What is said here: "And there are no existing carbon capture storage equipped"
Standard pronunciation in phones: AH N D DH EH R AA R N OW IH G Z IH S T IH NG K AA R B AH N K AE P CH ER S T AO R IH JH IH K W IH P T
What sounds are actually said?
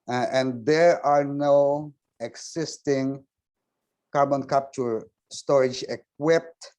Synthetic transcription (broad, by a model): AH N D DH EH R AA R N OW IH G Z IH S T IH NG K AA R B AH N K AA P CH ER S T AO R IH JH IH K W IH P T